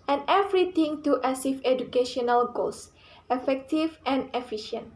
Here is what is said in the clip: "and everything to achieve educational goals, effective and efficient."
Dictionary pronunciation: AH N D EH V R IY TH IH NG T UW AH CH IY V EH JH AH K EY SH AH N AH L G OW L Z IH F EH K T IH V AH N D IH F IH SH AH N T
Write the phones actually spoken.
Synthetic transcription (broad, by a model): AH N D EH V R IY T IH NG T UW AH S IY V EH JH AH K EY SH AH N AH L G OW L S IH F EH K T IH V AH N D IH F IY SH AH N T